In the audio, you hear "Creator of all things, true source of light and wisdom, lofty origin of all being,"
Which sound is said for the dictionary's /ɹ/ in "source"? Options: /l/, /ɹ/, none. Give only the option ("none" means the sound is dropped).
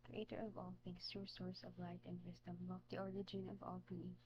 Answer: /ɹ/